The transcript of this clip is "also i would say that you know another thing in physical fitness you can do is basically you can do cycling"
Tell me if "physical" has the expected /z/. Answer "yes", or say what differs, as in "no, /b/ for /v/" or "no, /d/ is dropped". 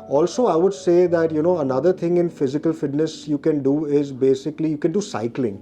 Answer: yes